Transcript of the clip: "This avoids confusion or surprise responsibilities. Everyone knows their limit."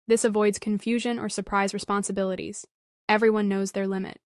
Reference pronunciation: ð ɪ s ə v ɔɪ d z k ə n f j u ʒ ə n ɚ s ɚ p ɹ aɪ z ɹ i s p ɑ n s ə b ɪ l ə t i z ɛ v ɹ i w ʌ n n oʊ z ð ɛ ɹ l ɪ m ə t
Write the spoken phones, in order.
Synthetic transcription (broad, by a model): ð ɪ s ə v ɔɪ d z k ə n f j u ʒ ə n ɚ s ɚ p ɹ aɪ z ɹ i s p ɑ n s ə b ɪ l ə t i z ɛ v ɹ i w ʌ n n oʊ z ð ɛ ɹ l ɪ m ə t